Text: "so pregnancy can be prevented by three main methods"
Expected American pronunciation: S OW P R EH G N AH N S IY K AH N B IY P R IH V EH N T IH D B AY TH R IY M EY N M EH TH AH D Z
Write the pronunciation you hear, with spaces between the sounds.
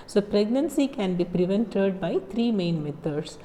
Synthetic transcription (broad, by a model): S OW P R EH G N AH N S IY K AH N B IY P R IH V EH N T IH D B AY T R IY M EY N M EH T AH D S